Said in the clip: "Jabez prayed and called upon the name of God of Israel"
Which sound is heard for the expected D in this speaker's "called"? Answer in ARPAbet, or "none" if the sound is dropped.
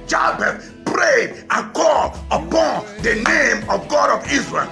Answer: none